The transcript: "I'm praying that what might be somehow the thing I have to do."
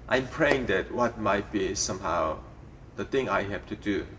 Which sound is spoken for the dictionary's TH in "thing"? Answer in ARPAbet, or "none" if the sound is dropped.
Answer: T